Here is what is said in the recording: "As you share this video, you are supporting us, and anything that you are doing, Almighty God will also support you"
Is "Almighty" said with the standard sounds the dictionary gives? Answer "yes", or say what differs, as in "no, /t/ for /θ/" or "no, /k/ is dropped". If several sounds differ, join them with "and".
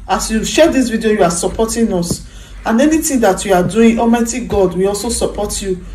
no, /l/ is dropped